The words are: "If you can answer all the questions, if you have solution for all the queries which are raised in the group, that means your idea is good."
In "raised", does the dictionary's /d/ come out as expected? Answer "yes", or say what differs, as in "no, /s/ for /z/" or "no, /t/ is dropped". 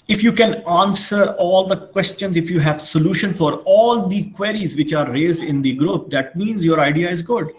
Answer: yes